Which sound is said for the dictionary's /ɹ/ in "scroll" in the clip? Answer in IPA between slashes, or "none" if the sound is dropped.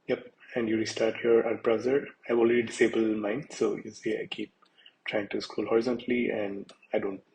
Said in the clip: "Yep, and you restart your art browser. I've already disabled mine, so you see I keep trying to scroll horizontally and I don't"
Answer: none